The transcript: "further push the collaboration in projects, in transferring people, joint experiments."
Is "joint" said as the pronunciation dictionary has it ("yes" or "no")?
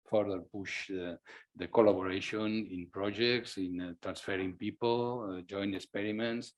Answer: no